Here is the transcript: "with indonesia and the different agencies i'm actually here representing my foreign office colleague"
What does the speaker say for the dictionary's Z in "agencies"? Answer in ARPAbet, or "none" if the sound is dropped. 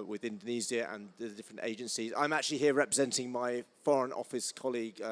Z